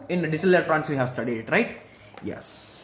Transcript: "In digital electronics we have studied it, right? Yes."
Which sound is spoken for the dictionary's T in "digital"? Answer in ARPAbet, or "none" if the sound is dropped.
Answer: S